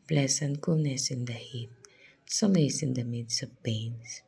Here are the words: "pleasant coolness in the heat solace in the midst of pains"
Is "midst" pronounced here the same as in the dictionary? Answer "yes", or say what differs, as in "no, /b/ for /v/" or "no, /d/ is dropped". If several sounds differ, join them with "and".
no, /t/ is dropped